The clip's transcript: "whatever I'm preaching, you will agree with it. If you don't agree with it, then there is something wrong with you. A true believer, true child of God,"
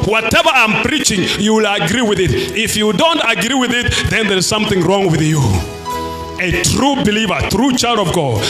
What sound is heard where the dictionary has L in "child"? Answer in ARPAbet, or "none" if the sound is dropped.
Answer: L